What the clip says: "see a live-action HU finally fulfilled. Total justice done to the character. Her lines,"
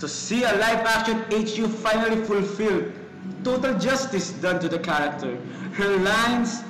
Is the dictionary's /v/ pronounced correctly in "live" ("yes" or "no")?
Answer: no